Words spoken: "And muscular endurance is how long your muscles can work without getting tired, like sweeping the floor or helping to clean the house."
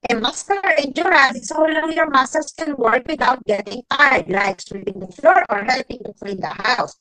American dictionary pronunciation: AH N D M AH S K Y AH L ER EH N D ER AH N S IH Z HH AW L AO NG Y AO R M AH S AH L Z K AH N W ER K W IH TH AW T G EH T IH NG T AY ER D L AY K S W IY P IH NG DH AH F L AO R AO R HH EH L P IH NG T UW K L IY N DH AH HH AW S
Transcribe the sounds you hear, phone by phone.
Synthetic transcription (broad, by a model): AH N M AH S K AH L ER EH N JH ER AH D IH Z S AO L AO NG Y AO R M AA S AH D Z K AH N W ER K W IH T AW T G EH T IH NG T AY ER D L AY K S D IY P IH NG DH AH F L AO R AO R HH EH L P IH NG T UW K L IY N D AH HH AW S